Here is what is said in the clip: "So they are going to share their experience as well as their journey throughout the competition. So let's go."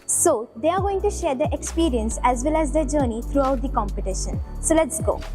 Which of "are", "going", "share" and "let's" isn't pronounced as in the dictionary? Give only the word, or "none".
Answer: none